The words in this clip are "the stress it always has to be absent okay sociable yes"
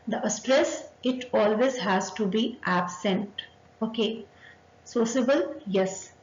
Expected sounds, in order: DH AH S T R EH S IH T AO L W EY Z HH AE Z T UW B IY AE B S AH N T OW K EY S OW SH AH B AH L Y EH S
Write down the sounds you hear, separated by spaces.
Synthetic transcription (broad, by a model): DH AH S T R EH S IH T AO L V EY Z HH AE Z T UW B IY AE B S AH N T OW K EY S OW S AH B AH L Y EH S